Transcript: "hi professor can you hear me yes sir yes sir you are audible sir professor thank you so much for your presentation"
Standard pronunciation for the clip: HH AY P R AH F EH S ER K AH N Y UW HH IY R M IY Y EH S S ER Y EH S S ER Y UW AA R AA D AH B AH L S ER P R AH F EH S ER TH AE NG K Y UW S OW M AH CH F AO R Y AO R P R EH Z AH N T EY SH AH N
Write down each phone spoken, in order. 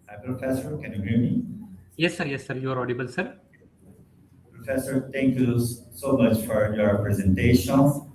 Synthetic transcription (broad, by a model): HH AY P R AH F EH S ER K AH N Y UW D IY M IY Y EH S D Y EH S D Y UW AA R AA D AH B AH L S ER P R AH F EH S ER T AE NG K Y UW S OW M AH CH F AO R Y AO R P R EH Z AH N T EY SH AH N